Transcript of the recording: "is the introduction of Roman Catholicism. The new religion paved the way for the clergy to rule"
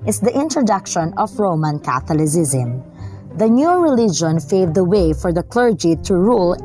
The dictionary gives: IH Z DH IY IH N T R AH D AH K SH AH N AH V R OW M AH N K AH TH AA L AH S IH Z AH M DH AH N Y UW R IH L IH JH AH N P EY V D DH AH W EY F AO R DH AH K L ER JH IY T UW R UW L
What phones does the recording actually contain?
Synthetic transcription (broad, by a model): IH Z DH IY IH N T R AH D AH K SH AH N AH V R OW M AH N K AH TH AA L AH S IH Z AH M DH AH N Y UW R IH L IH JH AH N F EY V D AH W EY F AO R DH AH K L ER JH IY T UW R UW L